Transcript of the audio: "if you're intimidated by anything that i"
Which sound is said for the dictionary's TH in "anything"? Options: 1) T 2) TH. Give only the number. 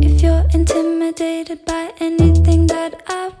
2